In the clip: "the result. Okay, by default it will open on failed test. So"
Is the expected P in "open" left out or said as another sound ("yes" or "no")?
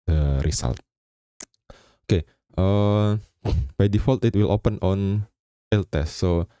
no